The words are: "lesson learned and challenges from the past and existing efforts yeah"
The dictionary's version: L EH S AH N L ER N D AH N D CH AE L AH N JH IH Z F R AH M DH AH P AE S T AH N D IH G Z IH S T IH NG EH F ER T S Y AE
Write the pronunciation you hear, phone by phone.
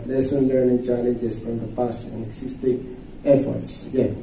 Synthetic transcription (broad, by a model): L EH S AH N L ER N AH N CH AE L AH N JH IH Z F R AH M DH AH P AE S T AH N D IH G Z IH S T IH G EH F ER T S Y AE